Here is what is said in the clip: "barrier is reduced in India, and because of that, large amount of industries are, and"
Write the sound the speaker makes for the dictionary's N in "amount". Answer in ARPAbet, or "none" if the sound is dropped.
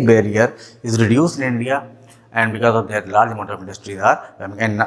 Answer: none